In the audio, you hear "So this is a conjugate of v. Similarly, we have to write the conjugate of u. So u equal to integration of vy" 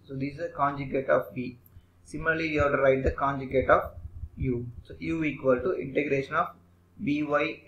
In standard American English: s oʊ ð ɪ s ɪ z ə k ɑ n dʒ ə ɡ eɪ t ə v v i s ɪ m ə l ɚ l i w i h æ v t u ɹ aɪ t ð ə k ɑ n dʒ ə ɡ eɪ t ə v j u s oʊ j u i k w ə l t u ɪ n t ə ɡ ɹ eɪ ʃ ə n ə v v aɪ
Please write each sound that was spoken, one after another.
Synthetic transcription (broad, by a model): s oʊ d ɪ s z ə k ɑ n dʒ ə ɡ eɪ t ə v b i s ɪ m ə l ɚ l i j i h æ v t u ɹ aɪ t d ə k ɑ n dʒ ə ɡ eɪ t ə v j u s oʊ j u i k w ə l t u ɪ n t ə ɡ ɹ eɪ ʃ ə n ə b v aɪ